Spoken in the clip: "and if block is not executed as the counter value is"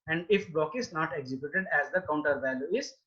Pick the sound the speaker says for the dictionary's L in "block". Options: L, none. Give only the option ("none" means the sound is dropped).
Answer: none